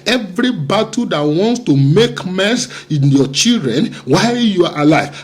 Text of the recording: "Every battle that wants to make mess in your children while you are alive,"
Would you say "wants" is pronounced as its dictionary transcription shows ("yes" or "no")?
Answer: yes